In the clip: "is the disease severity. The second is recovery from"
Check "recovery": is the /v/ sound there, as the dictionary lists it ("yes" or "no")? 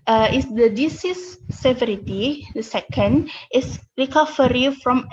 no